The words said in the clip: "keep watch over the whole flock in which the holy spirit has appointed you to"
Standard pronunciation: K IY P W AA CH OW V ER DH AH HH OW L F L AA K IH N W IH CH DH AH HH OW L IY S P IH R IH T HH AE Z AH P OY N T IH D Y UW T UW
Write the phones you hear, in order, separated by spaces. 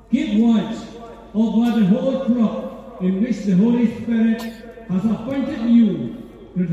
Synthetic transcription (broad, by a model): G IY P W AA S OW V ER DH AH HH OW L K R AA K IH N W IH CH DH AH HH OW L IY S P IH R IH T HH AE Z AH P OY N T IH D Y UW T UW